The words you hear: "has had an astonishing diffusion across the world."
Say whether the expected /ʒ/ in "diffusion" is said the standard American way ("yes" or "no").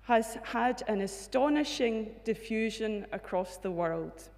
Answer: yes